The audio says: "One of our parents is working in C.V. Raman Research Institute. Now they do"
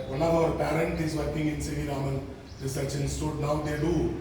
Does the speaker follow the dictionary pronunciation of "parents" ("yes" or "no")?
no